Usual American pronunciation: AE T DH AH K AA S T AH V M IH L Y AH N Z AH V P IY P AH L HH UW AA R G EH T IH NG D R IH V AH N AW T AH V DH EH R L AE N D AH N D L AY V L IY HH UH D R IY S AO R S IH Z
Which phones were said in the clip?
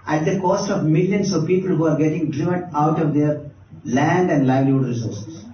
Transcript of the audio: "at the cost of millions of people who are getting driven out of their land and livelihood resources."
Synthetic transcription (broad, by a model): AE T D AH K AA S T AH V M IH L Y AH N S AH V P IY P AH L HH UW AA R G EH T IH NG D R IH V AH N AW T AH V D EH R L AE N D AH N D L AY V L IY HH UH D R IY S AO R S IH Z